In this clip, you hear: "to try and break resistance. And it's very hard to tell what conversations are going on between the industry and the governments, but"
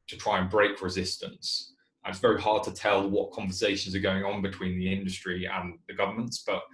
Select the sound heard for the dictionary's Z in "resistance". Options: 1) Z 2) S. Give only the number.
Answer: 1